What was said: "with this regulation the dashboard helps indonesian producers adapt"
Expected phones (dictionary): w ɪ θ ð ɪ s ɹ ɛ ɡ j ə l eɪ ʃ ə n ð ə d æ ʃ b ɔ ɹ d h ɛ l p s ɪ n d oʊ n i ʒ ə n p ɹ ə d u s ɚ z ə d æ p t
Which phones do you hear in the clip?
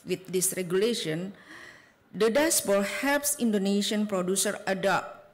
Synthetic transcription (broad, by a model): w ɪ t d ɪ s ɹ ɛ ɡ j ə l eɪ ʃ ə n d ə d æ s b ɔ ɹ h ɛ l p s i n d oʊ n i ʃ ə n p ɹ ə d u s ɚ ə d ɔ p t